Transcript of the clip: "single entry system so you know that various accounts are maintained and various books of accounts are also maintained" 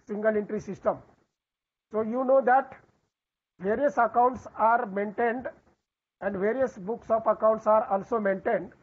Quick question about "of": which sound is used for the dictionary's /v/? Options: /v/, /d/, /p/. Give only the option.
/p/